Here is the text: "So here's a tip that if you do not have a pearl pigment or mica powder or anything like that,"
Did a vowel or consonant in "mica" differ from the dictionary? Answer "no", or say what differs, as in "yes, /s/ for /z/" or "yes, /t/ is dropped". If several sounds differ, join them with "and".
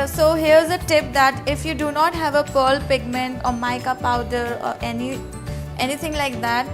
no